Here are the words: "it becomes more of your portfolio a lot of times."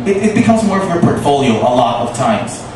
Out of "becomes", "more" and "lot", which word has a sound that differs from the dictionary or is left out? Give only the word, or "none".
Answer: none